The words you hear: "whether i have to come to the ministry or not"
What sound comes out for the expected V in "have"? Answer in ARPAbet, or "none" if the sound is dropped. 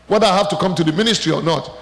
F